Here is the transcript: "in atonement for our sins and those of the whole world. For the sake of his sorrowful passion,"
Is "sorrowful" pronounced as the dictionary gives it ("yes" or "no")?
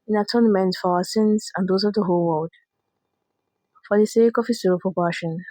no